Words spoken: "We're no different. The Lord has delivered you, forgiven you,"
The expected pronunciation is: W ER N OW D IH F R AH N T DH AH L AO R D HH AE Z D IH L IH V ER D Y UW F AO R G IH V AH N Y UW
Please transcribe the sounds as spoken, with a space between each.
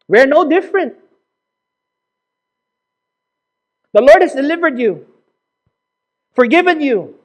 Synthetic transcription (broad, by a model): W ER N OW D IH F R AH N T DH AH L AO R D HH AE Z D IH L IH V ER D Y UW F AO R G IH V AH N Y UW